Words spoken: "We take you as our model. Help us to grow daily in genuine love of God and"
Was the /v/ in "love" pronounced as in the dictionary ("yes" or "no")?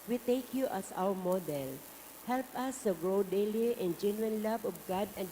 no